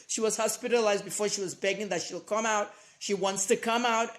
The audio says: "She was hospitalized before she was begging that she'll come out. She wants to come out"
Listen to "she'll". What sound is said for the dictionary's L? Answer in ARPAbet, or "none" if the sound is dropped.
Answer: L